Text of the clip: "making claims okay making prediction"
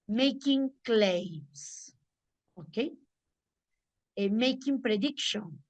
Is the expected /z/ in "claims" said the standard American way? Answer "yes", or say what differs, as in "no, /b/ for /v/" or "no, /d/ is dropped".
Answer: no, /s/ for /z/